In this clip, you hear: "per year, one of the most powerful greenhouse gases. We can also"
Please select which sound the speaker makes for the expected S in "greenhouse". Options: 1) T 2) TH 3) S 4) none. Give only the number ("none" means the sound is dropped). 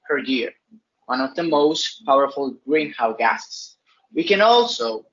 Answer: 4